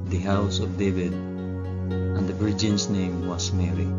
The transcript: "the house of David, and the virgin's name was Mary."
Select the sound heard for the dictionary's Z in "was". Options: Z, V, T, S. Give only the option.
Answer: S